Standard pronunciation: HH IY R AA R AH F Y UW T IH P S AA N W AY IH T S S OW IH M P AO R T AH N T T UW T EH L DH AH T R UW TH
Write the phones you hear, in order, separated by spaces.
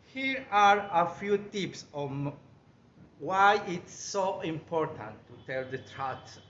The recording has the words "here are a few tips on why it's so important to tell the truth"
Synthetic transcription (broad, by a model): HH IY R AA R AH F Y UW T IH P S AA N W AY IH T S S OW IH M P AO R T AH N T T UW T EH L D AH T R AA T